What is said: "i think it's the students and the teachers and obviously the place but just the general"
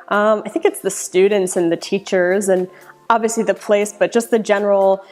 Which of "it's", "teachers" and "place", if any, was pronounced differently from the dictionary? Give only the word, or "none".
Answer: none